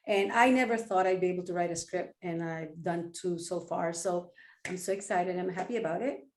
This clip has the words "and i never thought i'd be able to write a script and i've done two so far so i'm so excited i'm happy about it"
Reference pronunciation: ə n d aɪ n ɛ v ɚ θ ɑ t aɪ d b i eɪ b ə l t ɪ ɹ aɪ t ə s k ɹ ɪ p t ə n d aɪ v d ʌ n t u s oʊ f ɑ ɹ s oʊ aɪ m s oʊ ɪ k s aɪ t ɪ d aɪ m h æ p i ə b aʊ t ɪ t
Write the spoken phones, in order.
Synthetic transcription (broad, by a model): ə n aɪ n ɛ v ɚ θ ɑ t aɪ d b i eɪ b l t ɪ ɹ aɪ t ə s k ɹ ɪ p t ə n aɪ v d ʌ n t u s oʊ f ɑ ɹ s oʊ aɪ m s oʊ ɪ k s aɪ t ɪ d aɪ m h æ p i ə b aʊ t ɪ t